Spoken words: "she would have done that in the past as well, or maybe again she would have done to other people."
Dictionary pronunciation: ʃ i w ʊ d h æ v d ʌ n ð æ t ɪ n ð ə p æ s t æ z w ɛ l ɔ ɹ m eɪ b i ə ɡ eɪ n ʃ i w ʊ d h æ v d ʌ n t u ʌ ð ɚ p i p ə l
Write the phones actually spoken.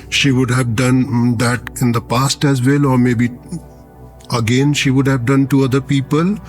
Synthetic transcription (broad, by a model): ʃ i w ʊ d h æ v d ʌ n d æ t ɪ n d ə p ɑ s t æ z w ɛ l ɔ ɹ m eɪ b i ə ɡ eɪ n ʃ i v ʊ d h æ v d ʌ n t u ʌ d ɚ p i p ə l